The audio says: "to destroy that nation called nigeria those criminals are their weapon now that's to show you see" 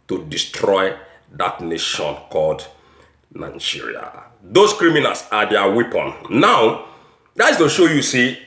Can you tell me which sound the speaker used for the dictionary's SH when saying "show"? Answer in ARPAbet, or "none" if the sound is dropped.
SH